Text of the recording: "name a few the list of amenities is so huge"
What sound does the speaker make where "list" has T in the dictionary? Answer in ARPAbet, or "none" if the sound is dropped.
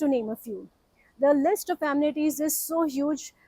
T